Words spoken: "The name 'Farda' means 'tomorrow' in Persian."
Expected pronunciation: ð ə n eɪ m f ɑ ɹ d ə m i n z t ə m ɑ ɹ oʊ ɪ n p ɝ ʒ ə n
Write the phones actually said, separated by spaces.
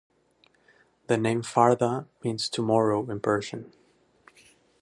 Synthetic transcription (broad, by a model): ð ə n eɪ m f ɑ ɹ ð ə m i n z t ə m ɑ ɹ oʊ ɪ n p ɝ ʃ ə n